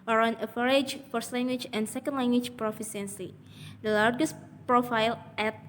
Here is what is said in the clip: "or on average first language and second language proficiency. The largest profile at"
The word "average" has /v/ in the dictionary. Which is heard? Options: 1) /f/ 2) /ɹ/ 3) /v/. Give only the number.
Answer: 1